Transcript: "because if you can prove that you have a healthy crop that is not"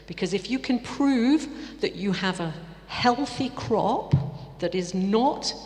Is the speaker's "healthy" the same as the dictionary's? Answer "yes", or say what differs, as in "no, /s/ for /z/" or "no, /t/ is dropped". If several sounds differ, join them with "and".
yes